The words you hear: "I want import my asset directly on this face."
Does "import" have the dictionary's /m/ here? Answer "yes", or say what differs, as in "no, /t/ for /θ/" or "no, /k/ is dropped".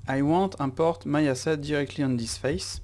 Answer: no, /m/ is dropped